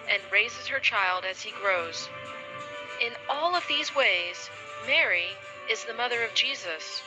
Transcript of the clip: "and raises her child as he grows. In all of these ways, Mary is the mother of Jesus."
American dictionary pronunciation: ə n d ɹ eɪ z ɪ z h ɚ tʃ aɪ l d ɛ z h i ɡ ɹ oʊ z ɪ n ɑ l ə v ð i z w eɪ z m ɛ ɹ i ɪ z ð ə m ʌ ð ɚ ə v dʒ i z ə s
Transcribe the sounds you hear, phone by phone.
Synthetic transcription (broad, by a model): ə n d ɹ eɪ z ɪ z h ɚ tʃ aɪ l d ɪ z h i ɡ ɹ oʊ z ɪ n ɑ l ə v ð i z w eɪ z m ɛ ɹ i ɪ z ð ə m ʌ ð ɚ ə v dʒ i z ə s